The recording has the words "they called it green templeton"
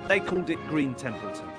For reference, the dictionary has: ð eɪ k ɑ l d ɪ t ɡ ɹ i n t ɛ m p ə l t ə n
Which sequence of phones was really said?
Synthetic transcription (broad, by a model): ð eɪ k ɑ l d ɪ t ɡ ɹ i n t ɛ m p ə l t